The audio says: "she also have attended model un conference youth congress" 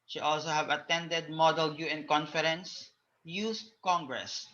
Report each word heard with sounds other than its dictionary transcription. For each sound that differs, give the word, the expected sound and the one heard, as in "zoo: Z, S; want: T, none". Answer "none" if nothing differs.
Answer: youth: TH, S